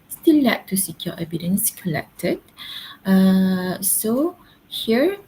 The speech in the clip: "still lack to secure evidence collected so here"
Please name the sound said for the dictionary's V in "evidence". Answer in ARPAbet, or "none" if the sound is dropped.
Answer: B